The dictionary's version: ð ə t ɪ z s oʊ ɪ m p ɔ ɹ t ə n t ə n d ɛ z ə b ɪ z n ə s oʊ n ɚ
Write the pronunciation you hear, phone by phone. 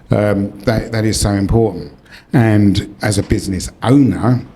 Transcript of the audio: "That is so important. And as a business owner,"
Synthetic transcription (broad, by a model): ð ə t ɪ z s oʊ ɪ m p ɔ ɹ t n t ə n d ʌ z ə b ɪ z n ə s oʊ n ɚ